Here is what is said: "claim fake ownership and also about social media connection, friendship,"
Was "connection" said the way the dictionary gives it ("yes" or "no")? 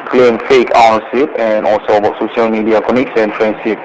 no